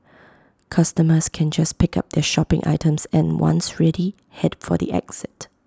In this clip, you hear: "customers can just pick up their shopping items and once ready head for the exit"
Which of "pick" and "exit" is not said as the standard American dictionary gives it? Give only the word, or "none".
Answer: none